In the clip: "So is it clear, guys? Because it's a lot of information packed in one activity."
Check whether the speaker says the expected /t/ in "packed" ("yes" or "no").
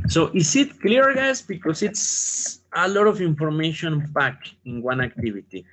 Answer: no